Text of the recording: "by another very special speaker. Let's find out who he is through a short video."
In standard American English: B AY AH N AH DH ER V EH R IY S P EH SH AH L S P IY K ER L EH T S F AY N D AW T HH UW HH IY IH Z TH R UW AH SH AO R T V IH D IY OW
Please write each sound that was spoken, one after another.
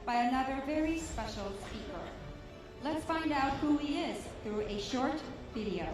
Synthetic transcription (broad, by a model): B AY AH N AH DH ER V EH R IY S P EH SH L S P IY K ER L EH T S F AY N D AW T HH UW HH IY IH Z TH R UW AH SH AO R T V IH D IY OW